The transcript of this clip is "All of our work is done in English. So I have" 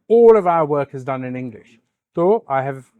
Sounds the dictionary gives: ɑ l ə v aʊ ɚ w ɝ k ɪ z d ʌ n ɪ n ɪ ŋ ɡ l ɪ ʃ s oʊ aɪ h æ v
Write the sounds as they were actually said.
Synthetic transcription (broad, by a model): ɑ l ə v aʊ ɚ w ɝ k ɪ z d ʌ n ɪ n ɪ ŋ ɡ l ɪ ʃ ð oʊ aɪ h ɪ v